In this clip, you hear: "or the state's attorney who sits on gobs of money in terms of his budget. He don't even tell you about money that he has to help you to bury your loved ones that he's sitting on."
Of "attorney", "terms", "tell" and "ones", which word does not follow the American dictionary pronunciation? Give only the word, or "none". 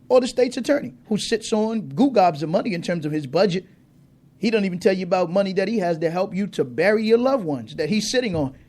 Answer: none